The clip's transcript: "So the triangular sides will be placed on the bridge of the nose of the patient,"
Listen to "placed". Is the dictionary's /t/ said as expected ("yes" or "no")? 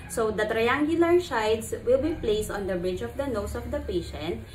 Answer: yes